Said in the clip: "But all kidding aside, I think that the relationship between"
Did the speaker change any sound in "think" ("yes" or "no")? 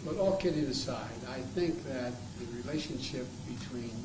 no